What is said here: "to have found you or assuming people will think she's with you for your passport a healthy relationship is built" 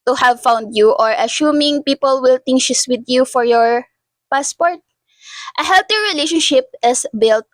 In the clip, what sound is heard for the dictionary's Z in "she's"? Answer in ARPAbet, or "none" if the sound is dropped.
S